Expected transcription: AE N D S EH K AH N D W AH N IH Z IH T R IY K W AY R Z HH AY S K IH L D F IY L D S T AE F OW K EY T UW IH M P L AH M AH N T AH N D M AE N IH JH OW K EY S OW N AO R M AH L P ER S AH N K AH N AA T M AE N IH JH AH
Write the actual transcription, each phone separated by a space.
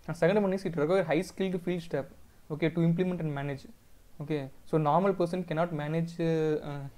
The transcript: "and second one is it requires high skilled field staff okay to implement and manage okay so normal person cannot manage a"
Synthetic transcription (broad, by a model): S EH K AH N D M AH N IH S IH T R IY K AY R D HH AY S K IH L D F IY L D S T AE P OW K EY T UW IH M P L AH M AH N T AH N D M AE N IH JH OW K EY S OW N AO R M AH L P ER S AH N K AH N AA T M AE N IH JH